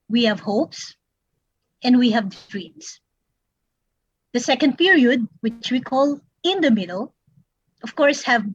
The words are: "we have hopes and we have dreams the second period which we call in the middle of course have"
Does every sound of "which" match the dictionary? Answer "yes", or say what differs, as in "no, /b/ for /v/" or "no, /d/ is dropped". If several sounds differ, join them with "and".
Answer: yes